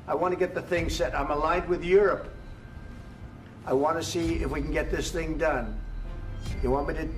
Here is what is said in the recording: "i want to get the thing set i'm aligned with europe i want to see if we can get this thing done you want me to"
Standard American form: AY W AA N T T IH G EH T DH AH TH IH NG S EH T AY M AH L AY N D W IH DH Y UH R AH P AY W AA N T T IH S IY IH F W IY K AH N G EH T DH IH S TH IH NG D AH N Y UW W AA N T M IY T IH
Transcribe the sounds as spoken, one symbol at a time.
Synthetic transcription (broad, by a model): AY W AA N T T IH G EH T DH AH TH IH NG S EH T AY M AH L AY N D W IH DH Y UH R AH P AY W AA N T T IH S IY IH F W IY K N G EH T DH IH S TH IH NG D AH N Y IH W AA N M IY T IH